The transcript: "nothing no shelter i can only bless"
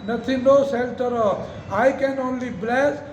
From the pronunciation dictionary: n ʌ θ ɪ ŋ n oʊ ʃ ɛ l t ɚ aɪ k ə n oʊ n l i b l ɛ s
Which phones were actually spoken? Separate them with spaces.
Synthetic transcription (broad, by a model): n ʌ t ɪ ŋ n oʊ s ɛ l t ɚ aɪ k ə n oʊ n l i b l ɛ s